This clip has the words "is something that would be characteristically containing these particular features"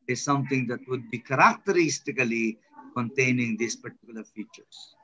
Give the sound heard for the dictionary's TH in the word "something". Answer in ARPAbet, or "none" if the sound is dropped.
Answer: T